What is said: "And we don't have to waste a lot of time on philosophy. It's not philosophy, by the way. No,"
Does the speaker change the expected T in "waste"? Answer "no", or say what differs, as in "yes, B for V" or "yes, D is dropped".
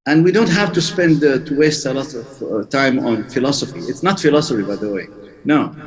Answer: no